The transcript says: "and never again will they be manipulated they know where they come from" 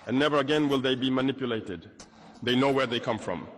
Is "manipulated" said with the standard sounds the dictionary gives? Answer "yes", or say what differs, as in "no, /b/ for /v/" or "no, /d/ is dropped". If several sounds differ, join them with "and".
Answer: yes